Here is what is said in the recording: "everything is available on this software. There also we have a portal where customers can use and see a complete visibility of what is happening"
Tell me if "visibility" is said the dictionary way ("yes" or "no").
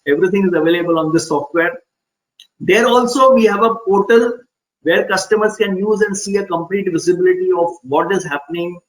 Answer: yes